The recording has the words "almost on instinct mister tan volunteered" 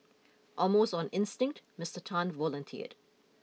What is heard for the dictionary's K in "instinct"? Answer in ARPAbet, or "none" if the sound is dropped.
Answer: K